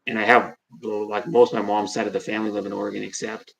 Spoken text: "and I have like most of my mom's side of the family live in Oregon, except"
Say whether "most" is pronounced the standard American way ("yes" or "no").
yes